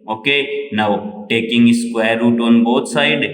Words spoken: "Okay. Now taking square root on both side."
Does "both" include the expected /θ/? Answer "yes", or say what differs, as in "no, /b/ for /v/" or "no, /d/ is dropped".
no, /t/ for /θ/